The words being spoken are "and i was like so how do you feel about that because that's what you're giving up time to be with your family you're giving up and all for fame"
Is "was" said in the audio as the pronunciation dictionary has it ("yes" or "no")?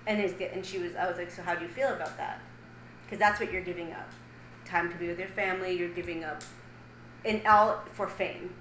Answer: yes